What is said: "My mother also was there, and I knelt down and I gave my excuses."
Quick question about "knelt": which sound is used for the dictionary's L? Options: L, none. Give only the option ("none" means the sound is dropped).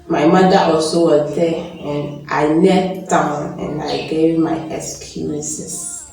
none